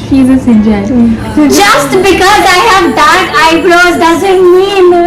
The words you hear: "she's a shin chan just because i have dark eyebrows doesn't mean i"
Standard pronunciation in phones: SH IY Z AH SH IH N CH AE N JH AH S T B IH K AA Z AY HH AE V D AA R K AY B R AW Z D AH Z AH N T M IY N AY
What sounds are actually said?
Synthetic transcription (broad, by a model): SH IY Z AH S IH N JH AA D JH AH S T B IH K AA Z AY HH AE V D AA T AY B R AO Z D AH Z AH N T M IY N